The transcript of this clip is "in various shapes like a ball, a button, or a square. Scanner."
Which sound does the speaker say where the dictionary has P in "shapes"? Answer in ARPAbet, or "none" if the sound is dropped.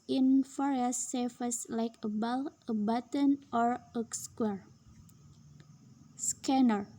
none